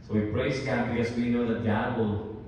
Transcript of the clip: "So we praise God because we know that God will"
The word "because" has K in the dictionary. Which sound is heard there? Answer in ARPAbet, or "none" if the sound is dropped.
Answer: none